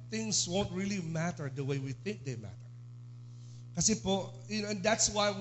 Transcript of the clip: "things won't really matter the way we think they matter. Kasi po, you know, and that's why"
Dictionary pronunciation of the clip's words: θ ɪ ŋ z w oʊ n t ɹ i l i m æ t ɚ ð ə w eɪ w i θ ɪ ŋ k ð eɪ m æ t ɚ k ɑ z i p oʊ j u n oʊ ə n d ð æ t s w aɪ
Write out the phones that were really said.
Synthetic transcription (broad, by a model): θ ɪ ŋ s w oʊ n t ɹ i l i m æ t ɚ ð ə w eɪ w i θ ɪ ŋ k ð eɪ m æ t ɚ k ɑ s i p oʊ j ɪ n oʊ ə n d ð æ t s w aɪ